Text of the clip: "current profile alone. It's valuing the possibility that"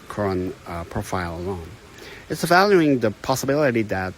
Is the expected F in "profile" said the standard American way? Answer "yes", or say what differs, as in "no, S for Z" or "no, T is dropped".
yes